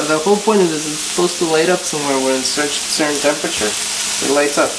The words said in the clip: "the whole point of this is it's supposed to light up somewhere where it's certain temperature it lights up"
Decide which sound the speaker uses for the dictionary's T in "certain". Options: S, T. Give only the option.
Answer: S